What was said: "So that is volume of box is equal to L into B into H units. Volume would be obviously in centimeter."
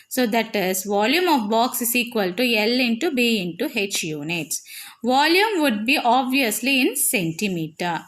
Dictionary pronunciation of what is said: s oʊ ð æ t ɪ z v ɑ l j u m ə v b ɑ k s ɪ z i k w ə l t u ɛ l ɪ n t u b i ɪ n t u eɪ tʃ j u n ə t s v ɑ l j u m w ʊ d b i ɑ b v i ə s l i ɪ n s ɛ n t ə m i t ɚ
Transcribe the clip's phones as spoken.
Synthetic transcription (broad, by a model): s oʊ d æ t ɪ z v ɑ l j u m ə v b ɑ k s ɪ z i k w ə l t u ɛ l ɪ n t u b i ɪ n t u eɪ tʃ j u n ə t s v ɑ l j u m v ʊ d b i ɑ b v i ə s l i ɪ n s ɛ n t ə m i t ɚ